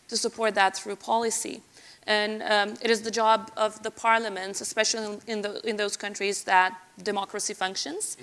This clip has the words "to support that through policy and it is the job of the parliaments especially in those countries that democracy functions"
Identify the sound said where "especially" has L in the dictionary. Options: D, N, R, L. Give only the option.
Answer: N